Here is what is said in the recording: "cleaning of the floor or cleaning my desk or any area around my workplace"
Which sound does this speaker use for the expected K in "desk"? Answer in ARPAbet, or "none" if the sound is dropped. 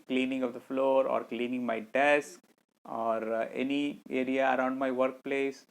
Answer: K